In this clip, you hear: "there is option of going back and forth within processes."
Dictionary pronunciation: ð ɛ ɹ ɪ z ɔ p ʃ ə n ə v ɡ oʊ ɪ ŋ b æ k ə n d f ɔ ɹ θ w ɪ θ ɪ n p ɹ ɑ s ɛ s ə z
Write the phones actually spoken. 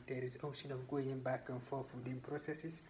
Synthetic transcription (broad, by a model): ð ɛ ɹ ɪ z ɔ p ʃ ə n ə v ɡ oʊ ɪ ŋ b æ k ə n f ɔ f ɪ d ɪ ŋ p ɹ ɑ s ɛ s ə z